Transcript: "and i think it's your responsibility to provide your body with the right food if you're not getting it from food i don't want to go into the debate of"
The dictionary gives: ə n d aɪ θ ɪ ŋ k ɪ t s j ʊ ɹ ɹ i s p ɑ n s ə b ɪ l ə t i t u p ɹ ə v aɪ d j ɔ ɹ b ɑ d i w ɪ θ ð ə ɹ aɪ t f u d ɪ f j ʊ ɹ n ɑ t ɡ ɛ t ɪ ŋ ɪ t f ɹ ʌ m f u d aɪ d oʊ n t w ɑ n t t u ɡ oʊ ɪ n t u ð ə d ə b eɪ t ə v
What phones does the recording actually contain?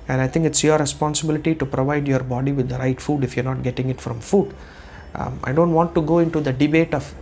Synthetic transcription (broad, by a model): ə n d aɪ t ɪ ŋ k ɪ t s j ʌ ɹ ɹ i s p ɑ n s ə b ɪ l ə t i t u p ɹ ə v aɪ d j ɔ ɹ b ɑ d i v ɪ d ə ɹ aɪ t f u d ɪ f j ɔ ɹ n ɑ t ɡ ɛ t ɪ ŋ ɪ t f ɹ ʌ m f u d aɪ d oʊ n t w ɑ n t t u ɡ oʊ ɪ n t u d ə d ə b eɪ t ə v